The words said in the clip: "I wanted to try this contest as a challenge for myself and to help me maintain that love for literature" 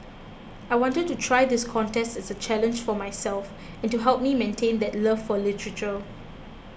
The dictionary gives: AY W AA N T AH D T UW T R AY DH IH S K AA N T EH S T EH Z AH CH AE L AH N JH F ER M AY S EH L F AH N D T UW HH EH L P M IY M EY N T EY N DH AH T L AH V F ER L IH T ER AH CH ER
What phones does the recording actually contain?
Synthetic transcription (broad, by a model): AY W AA N T AH D T UW T R AY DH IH S K AA N T EH S T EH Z AH CH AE L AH N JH F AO M AY S EH L F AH N T UW HH EH L P M IY M EY N T EY N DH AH T L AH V F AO L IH T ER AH CH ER